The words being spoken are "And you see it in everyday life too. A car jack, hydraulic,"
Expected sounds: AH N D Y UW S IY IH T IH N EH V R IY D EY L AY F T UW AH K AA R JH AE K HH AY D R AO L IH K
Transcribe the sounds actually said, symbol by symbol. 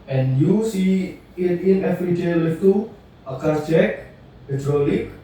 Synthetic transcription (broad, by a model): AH N Y UW S IY IH T IH N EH F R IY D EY L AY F T UW AH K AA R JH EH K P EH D R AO L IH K